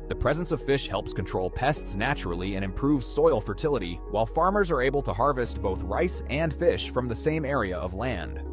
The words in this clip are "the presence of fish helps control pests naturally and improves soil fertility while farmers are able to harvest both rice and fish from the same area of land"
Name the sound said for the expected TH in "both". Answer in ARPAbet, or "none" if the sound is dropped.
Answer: TH